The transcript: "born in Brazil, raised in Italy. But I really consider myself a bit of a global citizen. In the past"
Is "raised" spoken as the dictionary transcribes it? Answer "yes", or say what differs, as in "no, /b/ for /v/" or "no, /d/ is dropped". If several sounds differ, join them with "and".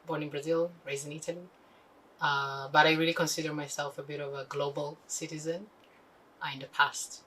no, /d/ is dropped